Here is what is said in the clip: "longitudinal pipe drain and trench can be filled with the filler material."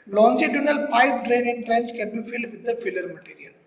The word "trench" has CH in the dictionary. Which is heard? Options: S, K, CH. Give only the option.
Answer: S